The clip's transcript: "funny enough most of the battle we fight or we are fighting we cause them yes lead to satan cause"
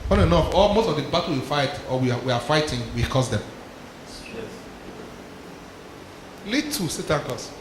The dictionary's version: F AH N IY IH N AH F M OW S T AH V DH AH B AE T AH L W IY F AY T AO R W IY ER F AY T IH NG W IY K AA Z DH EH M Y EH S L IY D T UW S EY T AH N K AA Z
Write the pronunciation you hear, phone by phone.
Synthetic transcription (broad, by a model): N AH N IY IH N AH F M OW S T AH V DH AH B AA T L W IY F AY T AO W W IY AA F AY T IH NG W IY K AA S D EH M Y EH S L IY T UW S EY T AH N K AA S